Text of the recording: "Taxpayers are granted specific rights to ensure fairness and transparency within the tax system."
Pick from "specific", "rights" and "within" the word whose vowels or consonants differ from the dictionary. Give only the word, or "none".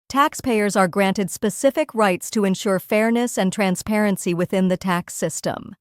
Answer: none